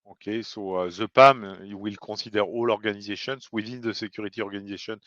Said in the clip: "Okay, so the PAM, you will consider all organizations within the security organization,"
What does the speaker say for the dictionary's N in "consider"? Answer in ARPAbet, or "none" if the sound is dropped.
none